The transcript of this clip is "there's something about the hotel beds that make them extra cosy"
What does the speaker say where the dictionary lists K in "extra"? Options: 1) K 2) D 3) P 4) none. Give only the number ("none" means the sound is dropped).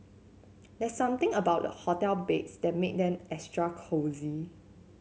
4